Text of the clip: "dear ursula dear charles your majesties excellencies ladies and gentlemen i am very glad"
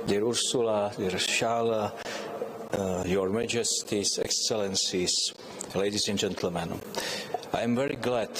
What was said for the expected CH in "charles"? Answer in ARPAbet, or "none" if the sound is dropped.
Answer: SH